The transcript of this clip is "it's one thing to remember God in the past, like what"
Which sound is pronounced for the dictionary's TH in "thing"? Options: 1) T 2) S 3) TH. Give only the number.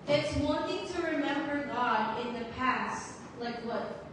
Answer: 1